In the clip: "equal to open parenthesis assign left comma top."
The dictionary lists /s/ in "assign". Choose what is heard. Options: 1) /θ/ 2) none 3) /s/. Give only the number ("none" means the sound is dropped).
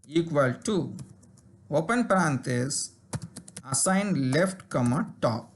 2